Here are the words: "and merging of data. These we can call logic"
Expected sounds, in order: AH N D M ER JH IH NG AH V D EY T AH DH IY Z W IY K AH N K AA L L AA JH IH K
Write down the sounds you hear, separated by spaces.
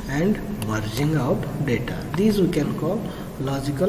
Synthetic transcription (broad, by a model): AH N D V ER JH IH NG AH P D EY T AH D IY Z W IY K AH N K AA L L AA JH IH K